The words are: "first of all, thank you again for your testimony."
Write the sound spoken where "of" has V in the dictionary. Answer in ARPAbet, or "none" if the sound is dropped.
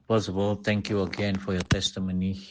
B